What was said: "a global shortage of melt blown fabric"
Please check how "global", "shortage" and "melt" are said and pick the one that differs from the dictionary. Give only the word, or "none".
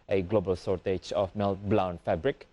shortage